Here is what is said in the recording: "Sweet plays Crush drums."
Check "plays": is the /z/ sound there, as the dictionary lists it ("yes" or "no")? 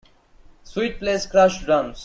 no